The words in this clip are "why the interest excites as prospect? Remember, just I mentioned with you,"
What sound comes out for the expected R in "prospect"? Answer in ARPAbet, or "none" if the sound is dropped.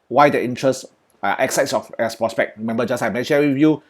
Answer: R